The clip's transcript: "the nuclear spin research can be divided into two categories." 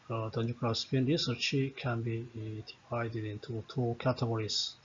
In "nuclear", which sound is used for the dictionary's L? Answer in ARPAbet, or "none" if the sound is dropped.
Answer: none